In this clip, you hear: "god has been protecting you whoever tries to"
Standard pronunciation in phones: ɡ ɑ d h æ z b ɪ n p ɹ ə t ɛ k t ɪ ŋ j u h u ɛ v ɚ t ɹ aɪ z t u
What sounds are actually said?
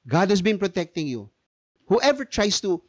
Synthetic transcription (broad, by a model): ɡ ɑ d h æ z b ɪ n p ɹ ə t ɛ k t ɪ ŋ j u h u ɛ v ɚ t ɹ aɪ s t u